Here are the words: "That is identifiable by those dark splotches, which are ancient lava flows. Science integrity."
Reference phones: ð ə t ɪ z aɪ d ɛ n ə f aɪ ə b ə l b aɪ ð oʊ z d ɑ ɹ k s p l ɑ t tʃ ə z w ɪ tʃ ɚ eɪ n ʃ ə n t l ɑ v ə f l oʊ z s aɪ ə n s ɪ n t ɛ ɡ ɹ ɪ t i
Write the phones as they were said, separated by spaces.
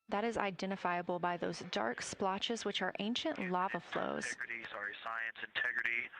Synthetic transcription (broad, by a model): ð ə t ɪ z aɪ d ɛ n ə f aɪ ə b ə l b aɪ ð oʊ z d ɑ ɹ k s p l ɑ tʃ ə z w ɪ tʃ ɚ eɪ n ʃ ə n t l ɑ v ə f l oʊ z s aɪ ə n s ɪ n t ɛ ɡ ɹ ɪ t i